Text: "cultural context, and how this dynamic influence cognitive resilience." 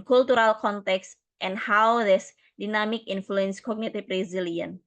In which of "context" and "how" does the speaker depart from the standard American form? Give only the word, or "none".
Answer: none